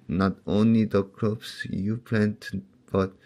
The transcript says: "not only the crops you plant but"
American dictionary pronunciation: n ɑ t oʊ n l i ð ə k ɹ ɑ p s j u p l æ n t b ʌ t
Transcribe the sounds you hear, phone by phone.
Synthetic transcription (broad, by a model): n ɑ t oʊ n l i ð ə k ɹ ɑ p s j u p l æ n t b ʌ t